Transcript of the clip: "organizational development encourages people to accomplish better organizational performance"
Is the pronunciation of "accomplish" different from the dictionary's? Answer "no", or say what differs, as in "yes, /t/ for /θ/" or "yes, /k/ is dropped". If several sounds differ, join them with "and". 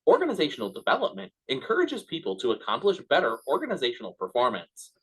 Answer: no